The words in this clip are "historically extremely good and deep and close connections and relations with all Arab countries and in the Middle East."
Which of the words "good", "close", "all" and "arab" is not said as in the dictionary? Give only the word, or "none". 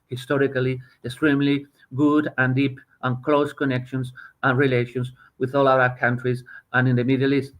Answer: arab